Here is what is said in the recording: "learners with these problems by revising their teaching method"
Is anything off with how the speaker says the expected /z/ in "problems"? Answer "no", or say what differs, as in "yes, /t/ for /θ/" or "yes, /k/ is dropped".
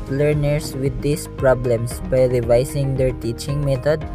yes, /s/ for /z/